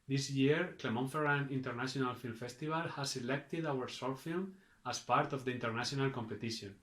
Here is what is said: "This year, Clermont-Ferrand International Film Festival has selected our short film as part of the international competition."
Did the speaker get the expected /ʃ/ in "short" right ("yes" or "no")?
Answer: no